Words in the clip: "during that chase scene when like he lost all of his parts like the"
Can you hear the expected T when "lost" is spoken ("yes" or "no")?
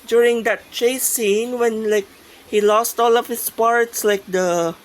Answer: yes